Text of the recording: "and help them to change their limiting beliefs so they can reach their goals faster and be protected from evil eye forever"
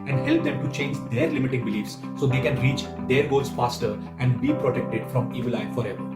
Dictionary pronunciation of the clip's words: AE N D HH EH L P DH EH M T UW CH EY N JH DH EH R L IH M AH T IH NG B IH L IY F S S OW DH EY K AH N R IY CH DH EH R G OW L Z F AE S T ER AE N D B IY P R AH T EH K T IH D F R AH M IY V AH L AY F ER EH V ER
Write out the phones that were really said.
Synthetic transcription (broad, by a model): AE N D HH EH L P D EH M T UW CH EY N JH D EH R L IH M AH T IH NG B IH L IY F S S OW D EY K AH N R IY CH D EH R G OW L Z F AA S T ER AE N D B IY P R AH T EH K T IH D F R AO M IY V AH L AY F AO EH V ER